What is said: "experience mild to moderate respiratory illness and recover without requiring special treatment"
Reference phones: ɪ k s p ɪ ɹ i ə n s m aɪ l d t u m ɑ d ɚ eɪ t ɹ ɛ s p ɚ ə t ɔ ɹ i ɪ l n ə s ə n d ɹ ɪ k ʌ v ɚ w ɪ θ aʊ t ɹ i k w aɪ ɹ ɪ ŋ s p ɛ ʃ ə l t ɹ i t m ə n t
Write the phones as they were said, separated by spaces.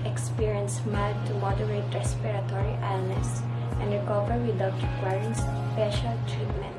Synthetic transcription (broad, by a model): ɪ k s p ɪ ɹ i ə n s m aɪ d t u m ɑ d ɚ eɪ t ɹ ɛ s p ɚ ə t ɔ ɹ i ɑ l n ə s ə n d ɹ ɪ k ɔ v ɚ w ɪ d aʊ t ɹ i k w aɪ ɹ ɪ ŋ s p ɛ ʃ ə l t ɹ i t m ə n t